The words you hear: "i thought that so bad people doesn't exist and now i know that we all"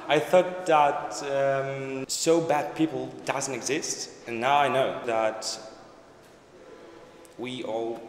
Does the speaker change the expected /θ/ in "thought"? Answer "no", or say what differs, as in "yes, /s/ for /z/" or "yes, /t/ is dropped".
no